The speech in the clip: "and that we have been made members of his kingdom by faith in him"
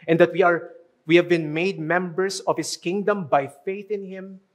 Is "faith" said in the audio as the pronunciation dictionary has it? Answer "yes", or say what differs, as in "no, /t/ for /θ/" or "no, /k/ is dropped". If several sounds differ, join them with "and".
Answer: yes